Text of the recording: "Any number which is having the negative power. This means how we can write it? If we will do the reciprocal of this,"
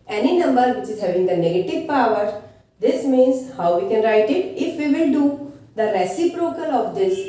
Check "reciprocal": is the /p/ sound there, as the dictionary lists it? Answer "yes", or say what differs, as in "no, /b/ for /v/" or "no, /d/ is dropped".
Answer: yes